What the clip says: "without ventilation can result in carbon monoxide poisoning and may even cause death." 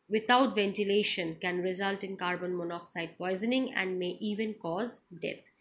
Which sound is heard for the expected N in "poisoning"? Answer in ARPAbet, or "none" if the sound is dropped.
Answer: N